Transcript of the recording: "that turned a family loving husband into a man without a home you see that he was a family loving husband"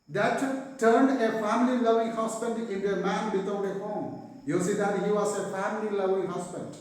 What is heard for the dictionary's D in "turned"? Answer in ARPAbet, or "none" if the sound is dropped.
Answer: D